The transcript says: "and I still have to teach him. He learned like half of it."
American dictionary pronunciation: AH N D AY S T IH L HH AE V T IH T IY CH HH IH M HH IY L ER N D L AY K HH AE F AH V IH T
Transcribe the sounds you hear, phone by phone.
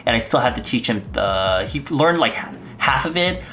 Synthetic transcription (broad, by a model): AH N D AY S T IH L HH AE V T IH T IY CH HH IH M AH IY L ER N D L AY K HH AE F AH V IH T